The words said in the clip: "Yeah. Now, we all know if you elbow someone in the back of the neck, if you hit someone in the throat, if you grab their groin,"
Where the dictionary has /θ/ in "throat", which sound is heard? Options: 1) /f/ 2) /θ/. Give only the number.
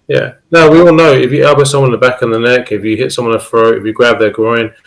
1